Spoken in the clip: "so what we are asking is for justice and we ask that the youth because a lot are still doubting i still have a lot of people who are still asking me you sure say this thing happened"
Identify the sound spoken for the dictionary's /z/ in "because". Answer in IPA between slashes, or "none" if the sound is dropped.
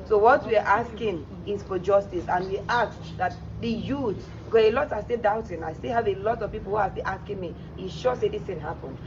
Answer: none